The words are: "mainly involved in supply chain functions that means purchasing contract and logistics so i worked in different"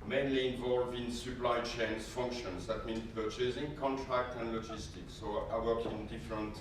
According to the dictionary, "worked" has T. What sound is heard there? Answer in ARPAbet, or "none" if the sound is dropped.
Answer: none